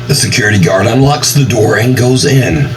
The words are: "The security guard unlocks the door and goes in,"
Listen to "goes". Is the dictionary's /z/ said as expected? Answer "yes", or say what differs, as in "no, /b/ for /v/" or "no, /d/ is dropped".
yes